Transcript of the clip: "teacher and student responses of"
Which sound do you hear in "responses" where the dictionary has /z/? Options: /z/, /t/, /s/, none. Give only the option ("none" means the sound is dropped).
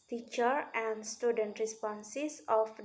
/s/